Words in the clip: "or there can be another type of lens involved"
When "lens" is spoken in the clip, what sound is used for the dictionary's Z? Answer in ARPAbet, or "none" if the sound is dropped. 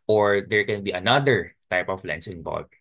S